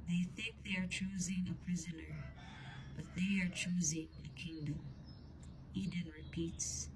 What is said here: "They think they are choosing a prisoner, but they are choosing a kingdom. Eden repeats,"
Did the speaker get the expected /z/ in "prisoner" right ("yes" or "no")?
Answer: yes